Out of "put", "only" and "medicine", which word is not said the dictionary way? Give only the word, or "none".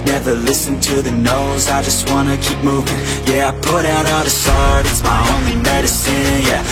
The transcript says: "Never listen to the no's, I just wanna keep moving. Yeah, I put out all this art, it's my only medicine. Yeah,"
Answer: none